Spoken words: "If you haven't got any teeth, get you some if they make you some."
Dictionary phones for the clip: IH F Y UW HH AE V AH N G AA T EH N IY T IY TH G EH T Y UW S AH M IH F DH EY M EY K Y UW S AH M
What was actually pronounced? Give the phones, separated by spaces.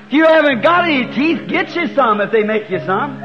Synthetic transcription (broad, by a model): Y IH HH AE V AH N G AA T EH N IY T IY TH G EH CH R S AH M IH F DH EY M EY K Y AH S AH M